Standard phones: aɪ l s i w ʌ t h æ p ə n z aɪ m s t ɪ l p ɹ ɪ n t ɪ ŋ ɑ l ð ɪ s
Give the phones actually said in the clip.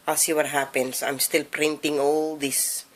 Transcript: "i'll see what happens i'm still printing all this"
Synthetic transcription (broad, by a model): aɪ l s i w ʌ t h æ p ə n s aɪ m s t ɪ l p ɹ ɪ n t ɪ ŋ ɑ l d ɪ s